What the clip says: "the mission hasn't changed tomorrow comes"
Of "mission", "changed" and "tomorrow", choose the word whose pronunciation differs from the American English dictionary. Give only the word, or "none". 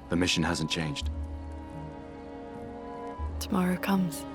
none